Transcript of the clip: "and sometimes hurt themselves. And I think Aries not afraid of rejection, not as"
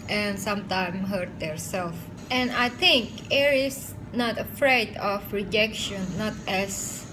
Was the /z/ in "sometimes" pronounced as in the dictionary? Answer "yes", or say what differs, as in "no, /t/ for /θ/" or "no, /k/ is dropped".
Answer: no, /z/ is dropped